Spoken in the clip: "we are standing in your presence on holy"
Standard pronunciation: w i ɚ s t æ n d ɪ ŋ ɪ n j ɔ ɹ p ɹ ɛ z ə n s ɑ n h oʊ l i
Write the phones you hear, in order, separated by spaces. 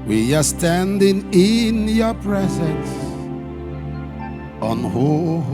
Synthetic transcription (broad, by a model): w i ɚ s t æ n d ɪ ŋ ɪ n j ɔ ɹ p ɹ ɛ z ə n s ɑ n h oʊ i